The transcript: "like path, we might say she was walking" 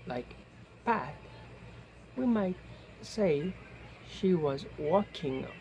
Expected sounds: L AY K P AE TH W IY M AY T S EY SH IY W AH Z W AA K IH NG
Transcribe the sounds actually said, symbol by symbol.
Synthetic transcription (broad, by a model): L AY K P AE T W IY M AY T S EY SH IY W AH Z W AA K IH NG